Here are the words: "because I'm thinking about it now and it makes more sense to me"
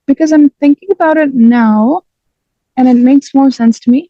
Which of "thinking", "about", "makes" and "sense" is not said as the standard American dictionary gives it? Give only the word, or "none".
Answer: none